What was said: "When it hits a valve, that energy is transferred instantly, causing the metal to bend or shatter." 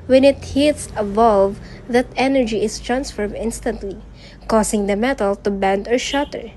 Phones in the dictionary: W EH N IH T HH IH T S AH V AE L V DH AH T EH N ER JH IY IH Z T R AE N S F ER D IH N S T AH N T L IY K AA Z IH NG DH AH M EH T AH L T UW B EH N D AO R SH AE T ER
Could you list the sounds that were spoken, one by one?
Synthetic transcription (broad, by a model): W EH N IH T HH IH T S AH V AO L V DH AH T EH N ER JH IY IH S T R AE N S F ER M IH N S T AH N T L IY K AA S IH NG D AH M EH T AH L T UW B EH N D AO R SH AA T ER